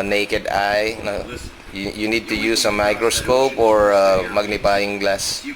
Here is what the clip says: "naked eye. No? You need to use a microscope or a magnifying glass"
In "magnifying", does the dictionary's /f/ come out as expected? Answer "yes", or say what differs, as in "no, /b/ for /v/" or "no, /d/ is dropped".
no, /p/ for /f/